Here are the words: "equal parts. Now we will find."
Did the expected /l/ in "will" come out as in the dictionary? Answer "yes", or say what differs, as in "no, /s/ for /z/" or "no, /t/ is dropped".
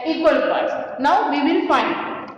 no, /n/ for /l/